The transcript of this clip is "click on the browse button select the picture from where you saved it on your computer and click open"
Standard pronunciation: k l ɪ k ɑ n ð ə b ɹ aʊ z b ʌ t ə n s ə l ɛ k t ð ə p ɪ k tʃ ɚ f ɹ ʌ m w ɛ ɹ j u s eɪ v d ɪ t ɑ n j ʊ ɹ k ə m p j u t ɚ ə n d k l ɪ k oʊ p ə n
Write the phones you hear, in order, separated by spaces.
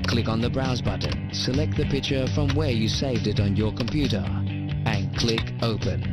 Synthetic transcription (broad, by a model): k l ɪ k n ð ə b ɹ aʊ z b ʌ t n s ə l ɛ k t ð ə p ɪ k tʃ ɚ f ɹ ʌ m w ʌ ɹ j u s eɪ v d ɪ t n j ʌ ɹ k ə m p j u t ɚ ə n k l ɪ k oʊ p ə n